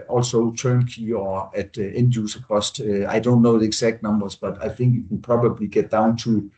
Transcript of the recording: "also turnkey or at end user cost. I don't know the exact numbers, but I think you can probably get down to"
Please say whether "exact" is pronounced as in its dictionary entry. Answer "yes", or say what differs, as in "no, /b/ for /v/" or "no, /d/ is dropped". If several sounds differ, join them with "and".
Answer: no, /s/ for /z/